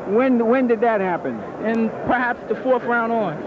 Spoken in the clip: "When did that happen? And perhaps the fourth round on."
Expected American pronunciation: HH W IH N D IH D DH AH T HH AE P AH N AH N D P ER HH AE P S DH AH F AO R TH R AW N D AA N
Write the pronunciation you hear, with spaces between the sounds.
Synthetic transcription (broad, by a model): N W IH N D IH D DH AH T HH AE P AH N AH N P ER HH AE P S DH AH F AO R F R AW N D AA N